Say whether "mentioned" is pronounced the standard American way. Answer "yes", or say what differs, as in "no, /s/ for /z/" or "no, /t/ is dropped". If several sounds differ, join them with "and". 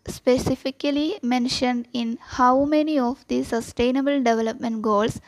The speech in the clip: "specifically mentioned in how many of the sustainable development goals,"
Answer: yes